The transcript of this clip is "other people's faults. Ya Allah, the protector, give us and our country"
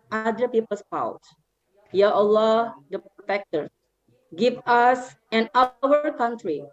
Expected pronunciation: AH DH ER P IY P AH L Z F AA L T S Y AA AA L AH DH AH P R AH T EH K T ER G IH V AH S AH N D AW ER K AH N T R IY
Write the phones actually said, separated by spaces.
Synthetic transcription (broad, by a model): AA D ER P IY P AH L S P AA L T Y AA AA L AH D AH P R AH T EH K T ER G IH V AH S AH N AW ER K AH N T R IY